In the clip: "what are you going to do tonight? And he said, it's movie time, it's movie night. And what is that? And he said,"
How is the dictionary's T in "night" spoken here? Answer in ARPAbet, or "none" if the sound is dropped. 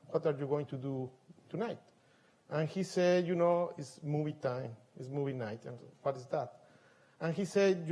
T